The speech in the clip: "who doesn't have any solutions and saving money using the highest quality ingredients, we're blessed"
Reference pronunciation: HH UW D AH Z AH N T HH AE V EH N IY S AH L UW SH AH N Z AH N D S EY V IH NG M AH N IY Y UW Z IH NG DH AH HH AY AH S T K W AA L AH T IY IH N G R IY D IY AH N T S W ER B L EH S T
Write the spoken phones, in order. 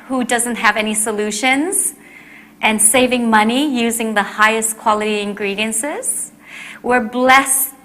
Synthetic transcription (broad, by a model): HH UW D AH Z AH N T HH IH V EH N IY S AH L UW SH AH N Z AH N S EY V IH NG M AH N IY Y UW Z IH NG DH AH HH AY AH S K W AA L AH T IY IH N G R IY D IY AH N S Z W ER B L EH S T